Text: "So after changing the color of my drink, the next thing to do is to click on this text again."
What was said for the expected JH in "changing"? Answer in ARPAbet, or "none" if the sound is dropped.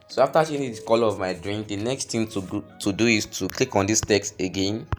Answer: none